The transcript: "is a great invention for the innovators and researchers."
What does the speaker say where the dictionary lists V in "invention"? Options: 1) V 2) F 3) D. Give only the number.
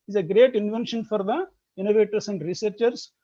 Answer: 1